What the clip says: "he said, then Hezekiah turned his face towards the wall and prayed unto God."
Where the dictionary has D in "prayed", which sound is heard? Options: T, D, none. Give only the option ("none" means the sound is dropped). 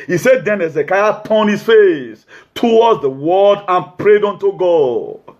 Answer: D